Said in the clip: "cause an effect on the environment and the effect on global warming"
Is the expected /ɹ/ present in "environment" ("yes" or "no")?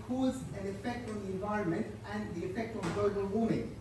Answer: yes